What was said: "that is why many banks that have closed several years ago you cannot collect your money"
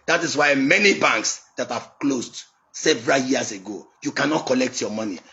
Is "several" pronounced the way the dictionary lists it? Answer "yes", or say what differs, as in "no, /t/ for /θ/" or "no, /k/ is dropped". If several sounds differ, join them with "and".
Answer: yes